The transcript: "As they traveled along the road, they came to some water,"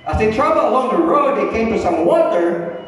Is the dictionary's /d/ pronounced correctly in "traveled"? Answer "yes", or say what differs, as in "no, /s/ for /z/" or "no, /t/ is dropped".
no, /d/ is dropped